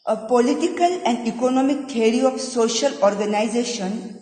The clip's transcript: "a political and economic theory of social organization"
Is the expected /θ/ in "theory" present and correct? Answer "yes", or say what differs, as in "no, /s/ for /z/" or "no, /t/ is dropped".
no, /t/ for /θ/